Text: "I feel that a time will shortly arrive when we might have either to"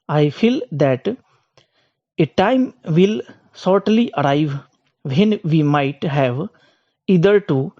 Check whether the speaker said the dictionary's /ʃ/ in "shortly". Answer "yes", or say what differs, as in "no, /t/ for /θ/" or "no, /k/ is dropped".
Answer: no, /s/ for /ʃ/